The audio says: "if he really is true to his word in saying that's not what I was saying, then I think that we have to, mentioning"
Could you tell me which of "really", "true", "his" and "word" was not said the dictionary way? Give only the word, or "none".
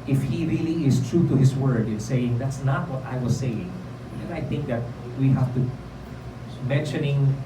his